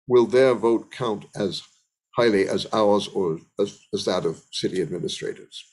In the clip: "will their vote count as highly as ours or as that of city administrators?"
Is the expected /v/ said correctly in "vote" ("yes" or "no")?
yes